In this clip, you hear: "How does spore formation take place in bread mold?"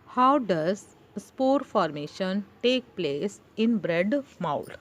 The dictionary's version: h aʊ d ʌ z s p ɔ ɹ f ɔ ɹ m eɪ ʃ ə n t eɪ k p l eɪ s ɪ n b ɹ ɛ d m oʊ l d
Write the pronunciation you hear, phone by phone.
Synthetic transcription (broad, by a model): h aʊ d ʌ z s p ɔ ɹ f ɔ ɹ m eɪ ʃ ə n t eɪ k p l eɪ s ɪ n b ɹ ɛ d m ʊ l